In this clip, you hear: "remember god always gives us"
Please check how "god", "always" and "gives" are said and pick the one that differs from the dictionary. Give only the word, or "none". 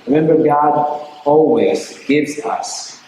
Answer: none